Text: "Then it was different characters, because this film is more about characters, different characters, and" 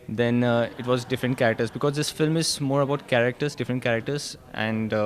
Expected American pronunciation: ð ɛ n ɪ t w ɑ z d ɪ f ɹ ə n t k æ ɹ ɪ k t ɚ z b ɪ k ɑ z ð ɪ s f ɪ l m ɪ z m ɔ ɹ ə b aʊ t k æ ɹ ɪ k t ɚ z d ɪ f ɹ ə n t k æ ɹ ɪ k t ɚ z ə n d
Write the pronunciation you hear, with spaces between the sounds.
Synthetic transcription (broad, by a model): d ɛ n ɪ t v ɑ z d ɪ f ɹ ə n t k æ ɹ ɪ k t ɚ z b ɪ k ɑ z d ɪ s f ɪ l m ɪ z m ɔ ɹ ə b aʊ t k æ ɹ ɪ k t ɚ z d ɪ f ɹ ə n t k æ ɹ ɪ k t ɚ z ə n d